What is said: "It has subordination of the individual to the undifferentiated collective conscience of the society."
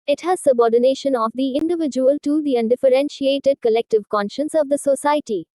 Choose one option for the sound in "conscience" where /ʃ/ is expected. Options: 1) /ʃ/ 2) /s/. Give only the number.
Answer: 1